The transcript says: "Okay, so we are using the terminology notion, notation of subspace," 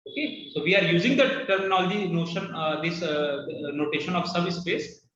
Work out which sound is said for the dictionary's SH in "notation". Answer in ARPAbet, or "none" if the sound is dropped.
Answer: SH